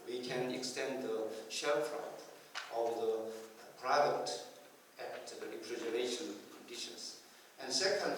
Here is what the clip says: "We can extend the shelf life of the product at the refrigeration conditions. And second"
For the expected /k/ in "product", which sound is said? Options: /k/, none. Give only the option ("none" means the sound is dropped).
none